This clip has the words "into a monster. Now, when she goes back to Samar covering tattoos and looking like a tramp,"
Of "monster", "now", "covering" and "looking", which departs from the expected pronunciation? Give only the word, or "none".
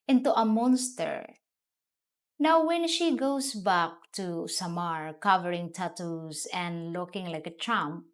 none